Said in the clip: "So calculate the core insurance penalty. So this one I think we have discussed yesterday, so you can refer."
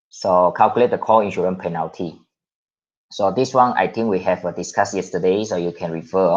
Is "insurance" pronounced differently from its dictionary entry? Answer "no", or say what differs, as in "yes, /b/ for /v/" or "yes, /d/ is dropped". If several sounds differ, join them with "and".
yes, /s/ is dropped